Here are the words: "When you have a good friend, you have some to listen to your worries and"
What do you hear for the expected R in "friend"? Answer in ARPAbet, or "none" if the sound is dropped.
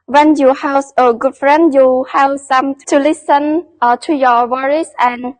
R